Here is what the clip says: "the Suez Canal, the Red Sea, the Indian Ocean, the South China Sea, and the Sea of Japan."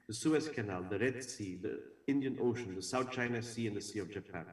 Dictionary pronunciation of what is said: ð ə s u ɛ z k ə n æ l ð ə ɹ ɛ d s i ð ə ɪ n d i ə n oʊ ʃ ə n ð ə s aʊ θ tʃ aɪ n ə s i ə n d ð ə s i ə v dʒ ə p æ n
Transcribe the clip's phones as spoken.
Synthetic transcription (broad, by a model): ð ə s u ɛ s k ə n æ l ð ə ɹ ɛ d s i ð ə ɪ n d i ə n oʊ ʃ ə n ð ə s aʊ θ tʃ aɪ n ə s i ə n ð ə s i ə v dʒ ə p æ n